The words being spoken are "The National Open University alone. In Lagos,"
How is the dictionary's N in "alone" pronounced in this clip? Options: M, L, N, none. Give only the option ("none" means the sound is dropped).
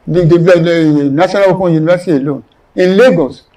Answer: N